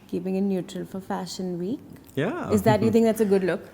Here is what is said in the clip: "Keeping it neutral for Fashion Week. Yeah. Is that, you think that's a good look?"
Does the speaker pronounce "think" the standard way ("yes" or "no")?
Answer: no